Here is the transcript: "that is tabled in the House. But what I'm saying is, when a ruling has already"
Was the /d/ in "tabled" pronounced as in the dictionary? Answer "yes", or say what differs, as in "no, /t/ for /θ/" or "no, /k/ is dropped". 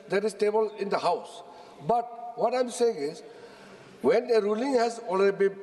no, /d/ is dropped